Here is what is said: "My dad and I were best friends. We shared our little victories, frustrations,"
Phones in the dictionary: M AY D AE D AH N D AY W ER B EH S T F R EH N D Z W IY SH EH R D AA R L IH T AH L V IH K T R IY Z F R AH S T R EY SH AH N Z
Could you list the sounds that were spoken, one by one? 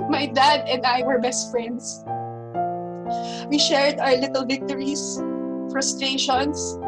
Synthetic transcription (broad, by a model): M AY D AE D AH N D AY W ER B EH S T F R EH N D S W IY SH EH R D AA R L IH T AH L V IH K T R IY S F R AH S T R EY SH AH N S